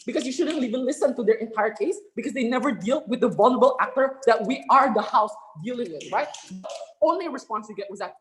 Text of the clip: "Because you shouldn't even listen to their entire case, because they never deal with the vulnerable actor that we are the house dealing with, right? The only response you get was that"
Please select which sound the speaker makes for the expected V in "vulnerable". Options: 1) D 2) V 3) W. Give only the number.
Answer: 2